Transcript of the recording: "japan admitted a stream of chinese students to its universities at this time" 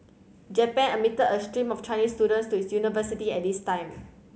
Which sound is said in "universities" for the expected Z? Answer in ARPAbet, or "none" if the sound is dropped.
none